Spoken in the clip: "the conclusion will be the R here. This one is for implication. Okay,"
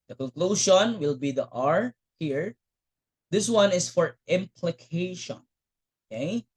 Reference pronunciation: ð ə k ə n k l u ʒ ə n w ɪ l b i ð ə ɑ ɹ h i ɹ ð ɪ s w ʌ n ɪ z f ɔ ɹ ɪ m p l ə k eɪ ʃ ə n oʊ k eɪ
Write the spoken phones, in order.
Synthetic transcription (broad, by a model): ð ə k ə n k l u ʃ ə n w ɪ l b i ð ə ɑ ɹ h i ɹ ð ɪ s w ʌ n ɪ s f ɔ ɹ ɪ m p l ə k eɪ ʃ ə n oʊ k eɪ